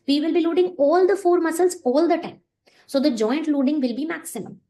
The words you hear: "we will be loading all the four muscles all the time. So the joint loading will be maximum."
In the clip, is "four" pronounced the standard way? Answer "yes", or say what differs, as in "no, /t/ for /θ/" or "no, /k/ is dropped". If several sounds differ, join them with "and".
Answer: yes